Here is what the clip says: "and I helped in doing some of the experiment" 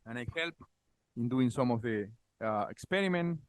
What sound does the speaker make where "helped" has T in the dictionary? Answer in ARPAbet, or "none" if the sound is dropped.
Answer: none